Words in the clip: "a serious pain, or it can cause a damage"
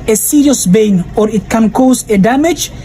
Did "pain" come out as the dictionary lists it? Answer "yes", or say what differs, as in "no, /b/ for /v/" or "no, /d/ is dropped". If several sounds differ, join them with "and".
no, /b/ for /p/